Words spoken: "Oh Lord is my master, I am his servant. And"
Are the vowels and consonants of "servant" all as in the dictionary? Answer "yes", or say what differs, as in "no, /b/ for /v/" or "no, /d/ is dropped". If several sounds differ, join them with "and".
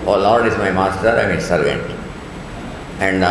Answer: yes